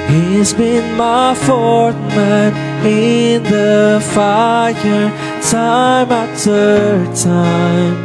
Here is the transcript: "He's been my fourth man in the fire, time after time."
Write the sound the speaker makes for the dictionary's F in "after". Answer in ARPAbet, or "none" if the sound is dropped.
none